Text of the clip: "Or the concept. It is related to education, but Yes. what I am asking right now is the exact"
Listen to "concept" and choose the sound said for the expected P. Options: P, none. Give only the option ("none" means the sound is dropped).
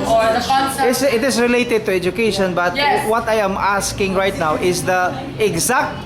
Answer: none